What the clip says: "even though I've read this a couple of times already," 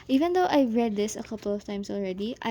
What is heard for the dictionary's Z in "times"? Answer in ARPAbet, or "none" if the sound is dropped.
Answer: S